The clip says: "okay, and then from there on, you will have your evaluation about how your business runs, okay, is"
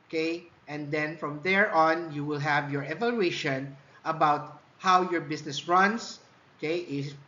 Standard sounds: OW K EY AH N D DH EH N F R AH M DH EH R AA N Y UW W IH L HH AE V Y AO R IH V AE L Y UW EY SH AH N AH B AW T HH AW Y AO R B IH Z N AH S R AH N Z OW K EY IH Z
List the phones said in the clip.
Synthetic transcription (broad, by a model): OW K EY AH N D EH N F R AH M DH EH R AA N Y UW W IH L HH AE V Y AO R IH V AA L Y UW EY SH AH N AH B AW T HH AW Y AO R B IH S N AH S R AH N S OW K EY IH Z